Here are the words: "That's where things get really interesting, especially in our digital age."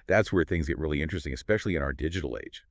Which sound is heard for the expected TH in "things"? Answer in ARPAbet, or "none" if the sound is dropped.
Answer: TH